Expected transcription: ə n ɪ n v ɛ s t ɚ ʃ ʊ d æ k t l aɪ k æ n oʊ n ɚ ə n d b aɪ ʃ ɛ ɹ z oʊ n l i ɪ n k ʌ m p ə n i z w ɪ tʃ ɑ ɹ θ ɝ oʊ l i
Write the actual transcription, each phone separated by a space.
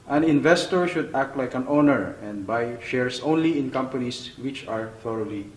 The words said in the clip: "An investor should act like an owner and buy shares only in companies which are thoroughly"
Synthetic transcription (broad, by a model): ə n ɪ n v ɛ s t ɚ ʃ ʊ d æ k t l aɪ k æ n oʊ n ɚ ə n d b aɪ ʃ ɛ ɹ s oʊ n l i ɪ n k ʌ m p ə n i s w ɪ tʃ ɑ ɹ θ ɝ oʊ l i